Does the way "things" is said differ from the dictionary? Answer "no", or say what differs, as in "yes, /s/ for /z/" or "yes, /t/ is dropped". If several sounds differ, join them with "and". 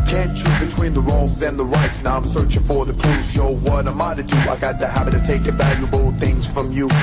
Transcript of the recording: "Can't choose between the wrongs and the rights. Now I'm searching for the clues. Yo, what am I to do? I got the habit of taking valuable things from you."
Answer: no